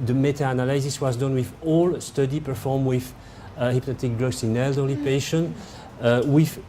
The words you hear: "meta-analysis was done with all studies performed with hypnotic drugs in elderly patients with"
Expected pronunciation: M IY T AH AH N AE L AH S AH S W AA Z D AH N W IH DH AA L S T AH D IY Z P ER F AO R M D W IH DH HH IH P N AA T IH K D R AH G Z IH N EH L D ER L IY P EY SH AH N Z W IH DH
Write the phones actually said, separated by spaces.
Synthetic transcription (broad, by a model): M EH T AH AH N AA L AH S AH S W AA Z D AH N W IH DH AA L S T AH D IY P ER F AO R M W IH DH HH IH P N AA T IH K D R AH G S IH N EH L D ER L IY P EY SH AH N W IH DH